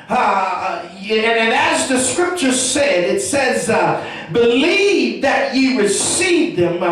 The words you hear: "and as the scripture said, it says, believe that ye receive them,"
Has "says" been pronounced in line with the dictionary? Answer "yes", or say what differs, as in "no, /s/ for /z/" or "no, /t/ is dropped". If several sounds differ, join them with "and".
yes